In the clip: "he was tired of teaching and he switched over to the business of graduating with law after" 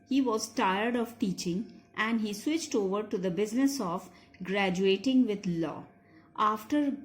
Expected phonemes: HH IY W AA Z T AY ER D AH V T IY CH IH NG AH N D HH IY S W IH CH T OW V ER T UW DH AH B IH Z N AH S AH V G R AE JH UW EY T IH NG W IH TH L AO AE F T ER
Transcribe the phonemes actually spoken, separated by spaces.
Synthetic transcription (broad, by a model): HH IY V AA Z T AY ER D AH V T IY CH IH NG AH N D HH IY S W IH CH T OW V ER T UW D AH B IH Z N AH S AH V G R AE JH UW EY T IH NG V IH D L AO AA F T ER